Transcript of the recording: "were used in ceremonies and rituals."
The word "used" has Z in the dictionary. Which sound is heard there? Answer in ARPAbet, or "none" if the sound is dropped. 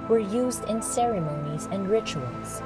Z